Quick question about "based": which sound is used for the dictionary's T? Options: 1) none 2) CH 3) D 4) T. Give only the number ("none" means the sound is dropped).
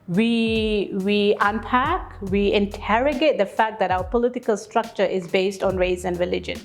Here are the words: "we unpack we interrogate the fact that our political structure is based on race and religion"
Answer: 4